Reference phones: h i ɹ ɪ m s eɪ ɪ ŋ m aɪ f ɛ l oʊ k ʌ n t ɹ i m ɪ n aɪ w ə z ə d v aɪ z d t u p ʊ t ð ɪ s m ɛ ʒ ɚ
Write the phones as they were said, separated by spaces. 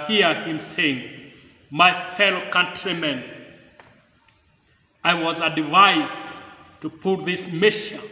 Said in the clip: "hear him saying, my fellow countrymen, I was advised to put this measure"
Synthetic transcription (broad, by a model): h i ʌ ɪ m s eɪ ɪ ŋ m aɪ f ɛ l oʊ k ʌ n t ɹ i m ɪ n aɪ w ə z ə d v aɪ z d t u p ʊ t ð ɪ s m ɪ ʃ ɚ